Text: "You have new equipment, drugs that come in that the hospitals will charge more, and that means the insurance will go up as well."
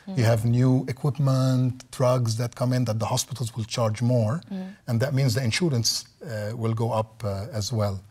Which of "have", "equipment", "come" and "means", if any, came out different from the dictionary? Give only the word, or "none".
none